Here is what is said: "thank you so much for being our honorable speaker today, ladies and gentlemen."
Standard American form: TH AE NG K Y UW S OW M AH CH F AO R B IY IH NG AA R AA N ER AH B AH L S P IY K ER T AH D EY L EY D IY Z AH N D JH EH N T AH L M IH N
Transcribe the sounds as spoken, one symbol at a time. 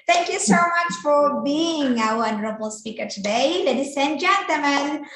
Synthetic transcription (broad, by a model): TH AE NG K Y UW S OW M AH CH F AO R B IY IH NG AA W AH N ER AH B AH L S P IY K ER T AH D EY L EY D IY S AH N JH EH N T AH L M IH N